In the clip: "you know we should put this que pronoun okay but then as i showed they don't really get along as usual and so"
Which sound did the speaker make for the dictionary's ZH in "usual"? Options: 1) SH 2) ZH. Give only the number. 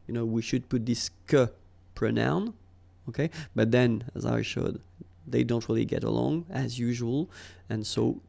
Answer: 2